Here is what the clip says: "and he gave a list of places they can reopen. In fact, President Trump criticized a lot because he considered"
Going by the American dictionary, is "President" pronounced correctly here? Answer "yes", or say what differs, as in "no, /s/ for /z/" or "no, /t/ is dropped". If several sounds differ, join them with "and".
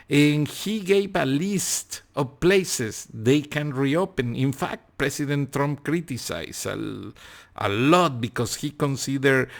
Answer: no, /s/ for /z/